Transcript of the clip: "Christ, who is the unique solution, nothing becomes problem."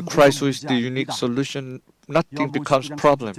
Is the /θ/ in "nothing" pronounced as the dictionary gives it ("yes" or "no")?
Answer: no